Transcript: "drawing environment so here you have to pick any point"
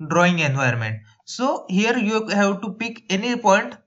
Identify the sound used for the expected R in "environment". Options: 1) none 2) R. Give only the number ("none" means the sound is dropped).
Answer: 1